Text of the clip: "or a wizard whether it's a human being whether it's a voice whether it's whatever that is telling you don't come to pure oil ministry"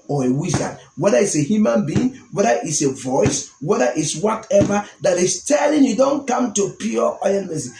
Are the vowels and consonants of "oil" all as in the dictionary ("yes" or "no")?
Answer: no